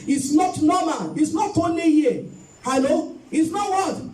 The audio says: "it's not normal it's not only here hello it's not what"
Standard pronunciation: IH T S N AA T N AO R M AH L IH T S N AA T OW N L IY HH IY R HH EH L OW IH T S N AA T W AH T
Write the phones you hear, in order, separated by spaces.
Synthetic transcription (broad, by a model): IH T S N AA T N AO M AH N IH T S N AA T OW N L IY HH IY HH EH L OW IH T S N AA T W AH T